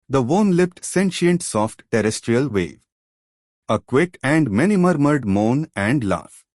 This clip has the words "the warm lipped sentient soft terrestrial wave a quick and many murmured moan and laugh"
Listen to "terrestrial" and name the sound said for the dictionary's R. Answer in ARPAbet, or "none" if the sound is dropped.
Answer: R